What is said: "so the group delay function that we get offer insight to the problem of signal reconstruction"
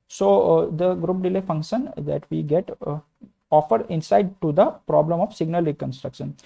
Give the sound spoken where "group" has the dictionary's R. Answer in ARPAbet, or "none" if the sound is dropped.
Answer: R